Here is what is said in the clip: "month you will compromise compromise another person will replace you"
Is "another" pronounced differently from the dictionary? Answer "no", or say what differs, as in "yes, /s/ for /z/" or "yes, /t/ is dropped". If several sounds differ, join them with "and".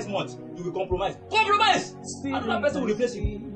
yes, /ð/ is dropped